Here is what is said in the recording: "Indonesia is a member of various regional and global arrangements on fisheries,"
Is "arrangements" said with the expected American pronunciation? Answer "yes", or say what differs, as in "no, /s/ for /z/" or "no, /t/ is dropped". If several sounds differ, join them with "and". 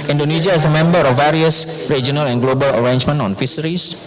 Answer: no, /s/ is dropped